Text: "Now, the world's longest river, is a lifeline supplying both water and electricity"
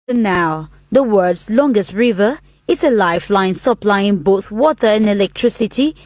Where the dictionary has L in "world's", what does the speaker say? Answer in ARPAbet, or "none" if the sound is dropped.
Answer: none